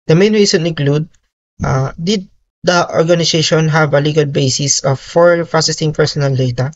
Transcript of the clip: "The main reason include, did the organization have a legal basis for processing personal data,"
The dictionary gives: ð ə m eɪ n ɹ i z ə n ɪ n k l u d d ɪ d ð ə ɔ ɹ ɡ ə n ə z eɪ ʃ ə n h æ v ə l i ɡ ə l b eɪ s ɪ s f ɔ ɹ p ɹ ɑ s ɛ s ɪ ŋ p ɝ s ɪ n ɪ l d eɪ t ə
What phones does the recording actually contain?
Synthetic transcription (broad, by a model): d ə m eɪ n ɹ i s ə n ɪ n k l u d d ɪ d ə ɔ ɹ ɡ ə n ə s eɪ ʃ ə n h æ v ə l i ɡ ə l b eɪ s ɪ s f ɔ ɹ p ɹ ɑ s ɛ s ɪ ŋ p ɝ s ɪ n ɪ l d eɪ t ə